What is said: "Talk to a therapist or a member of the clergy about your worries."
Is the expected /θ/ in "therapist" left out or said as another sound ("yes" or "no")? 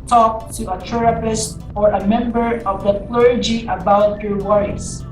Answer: yes